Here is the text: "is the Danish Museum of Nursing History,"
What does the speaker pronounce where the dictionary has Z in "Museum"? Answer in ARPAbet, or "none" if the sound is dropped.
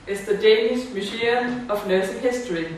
S